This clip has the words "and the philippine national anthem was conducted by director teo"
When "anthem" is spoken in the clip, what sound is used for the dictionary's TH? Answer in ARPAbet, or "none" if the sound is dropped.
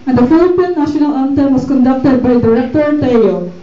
T